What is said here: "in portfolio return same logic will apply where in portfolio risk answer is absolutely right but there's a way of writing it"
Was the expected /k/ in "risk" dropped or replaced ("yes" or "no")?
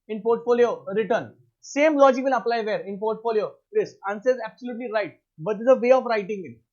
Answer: yes